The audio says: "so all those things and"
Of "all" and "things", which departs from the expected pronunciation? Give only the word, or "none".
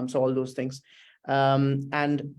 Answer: things